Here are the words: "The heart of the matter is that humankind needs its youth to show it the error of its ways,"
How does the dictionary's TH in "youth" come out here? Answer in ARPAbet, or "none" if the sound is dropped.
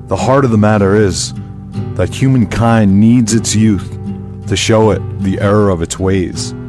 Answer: TH